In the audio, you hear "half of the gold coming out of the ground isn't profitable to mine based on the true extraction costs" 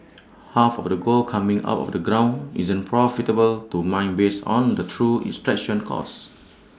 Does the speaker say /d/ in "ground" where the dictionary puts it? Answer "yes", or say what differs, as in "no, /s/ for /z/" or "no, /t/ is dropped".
no, /d/ is dropped